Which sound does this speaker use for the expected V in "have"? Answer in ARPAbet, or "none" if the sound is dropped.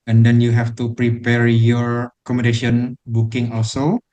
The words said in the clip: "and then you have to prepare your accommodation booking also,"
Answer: F